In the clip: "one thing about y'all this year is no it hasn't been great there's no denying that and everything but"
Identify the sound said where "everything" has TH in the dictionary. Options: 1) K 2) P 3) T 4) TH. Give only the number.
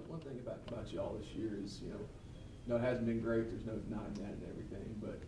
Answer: 4